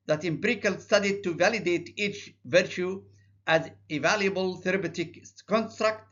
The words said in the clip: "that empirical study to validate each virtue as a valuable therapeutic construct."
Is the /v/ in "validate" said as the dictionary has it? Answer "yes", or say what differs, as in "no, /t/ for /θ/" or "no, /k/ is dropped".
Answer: yes